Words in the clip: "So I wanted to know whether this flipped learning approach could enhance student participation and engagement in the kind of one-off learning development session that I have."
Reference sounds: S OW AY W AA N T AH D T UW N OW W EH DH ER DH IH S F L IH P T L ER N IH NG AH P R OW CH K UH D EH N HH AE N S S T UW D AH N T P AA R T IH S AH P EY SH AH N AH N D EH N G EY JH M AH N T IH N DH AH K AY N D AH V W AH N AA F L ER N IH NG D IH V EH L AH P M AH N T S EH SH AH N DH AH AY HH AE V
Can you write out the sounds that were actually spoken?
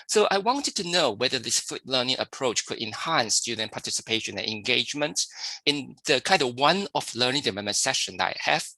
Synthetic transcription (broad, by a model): S OW AY W AA N T AH D T UW N OW W EH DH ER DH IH S F UW T L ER N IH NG AH P R OW CH K UH D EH N HH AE N S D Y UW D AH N P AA T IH S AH P EY SH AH N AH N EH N G EY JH M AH N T IH N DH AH K AY N D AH W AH N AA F L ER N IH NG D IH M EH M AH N S EH SH AH N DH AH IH HH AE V